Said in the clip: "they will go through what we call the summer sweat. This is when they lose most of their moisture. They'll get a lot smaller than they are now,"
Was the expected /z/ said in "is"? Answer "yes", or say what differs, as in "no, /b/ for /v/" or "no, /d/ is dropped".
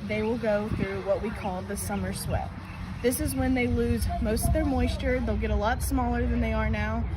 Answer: yes